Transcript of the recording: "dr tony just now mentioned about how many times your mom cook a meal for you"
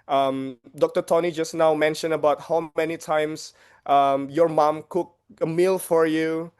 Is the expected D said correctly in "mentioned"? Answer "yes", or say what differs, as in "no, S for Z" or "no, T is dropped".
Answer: no, D is dropped